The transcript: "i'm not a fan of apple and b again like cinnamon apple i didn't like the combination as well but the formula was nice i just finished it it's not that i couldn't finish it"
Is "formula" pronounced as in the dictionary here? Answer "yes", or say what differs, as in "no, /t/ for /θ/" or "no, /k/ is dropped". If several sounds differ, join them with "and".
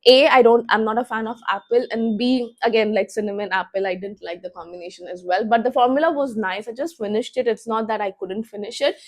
yes